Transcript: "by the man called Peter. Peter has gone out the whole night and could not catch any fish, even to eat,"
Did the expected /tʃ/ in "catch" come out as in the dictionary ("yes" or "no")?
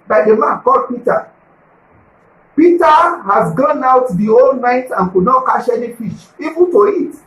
no